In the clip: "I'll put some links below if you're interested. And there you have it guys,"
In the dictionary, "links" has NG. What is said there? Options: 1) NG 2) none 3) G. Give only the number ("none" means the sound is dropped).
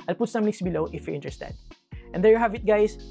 2